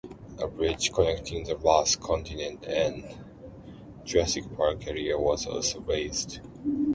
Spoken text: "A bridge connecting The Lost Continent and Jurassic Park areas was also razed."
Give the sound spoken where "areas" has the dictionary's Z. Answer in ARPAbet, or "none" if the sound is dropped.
none